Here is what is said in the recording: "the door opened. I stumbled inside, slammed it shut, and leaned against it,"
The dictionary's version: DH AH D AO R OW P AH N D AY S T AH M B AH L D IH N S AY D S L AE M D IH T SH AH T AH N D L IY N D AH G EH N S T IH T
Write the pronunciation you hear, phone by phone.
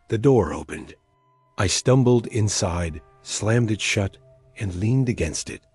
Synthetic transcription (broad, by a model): DH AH D AO R OW P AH N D AY S T AH M B L D IH N S AY D S L AE M D IH T SH AH T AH N L IY N D AH G EH N S T IH T